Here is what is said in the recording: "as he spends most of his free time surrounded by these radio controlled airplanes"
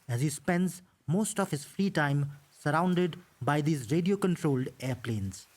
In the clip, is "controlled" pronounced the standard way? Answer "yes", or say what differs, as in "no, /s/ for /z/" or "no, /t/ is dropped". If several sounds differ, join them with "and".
yes